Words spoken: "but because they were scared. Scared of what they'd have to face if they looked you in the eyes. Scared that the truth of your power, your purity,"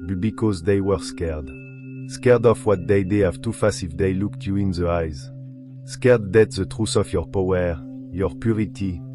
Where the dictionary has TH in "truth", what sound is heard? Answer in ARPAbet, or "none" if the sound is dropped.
S